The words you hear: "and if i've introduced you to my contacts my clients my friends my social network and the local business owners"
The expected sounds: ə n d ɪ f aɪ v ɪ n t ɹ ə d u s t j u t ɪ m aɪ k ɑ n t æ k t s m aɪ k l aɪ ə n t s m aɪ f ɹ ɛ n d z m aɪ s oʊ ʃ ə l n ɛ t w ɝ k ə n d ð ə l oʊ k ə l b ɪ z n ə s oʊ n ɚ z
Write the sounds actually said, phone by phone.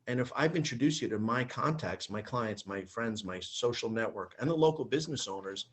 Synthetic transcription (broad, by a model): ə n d ɪ f aɪ v ɪ n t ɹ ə d u s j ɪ t ɪ m aɪ k ɑ n t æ k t s m aɪ k l aɪ ə n t s m aɪ f ɹ ɛ n d z m aɪ s oʊ ʃ l n ɛ t w ɝ k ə n ð ə l oʊ k l b ɪ z n ə s oʊ n ɚ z